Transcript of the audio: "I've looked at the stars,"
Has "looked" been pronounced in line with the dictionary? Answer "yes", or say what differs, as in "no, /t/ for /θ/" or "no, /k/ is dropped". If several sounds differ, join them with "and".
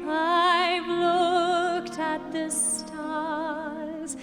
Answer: yes